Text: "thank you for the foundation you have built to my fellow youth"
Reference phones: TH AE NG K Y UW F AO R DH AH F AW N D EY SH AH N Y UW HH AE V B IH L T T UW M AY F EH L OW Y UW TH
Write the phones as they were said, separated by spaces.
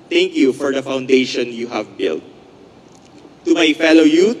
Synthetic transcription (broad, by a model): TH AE NG K Y UW F AO R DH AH F AW N D EY SH AH N Y UW HH AE V B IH L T T UW M AY F EH L OW Y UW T